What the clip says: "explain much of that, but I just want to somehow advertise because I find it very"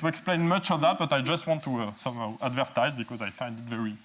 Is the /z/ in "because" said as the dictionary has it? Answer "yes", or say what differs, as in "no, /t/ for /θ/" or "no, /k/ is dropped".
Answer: yes